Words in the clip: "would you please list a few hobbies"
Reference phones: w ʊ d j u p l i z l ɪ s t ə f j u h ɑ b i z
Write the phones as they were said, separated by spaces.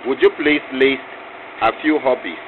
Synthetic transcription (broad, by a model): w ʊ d j u p l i s l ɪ s t ə f j u h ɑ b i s